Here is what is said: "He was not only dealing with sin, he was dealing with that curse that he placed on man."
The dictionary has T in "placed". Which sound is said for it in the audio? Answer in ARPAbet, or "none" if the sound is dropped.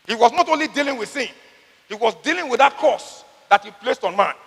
T